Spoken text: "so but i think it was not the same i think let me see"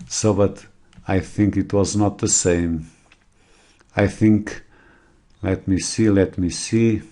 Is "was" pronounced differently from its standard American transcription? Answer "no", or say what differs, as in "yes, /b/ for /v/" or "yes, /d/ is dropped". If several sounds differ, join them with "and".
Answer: no